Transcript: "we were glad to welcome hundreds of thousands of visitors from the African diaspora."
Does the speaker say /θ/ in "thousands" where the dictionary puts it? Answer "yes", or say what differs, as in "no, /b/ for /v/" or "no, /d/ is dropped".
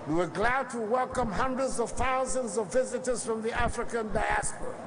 yes